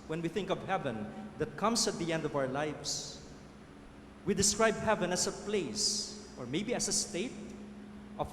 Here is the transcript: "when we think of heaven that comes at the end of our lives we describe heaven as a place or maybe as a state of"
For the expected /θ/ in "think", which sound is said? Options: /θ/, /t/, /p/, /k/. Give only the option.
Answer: /θ/